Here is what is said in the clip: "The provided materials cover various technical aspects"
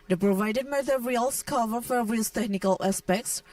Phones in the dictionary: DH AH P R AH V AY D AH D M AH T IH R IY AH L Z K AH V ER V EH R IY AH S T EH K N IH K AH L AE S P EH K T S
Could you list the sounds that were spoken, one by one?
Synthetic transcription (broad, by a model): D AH P R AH V AY D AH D M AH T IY R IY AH L S K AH V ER F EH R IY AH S T EH K N IH K AH L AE S P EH K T S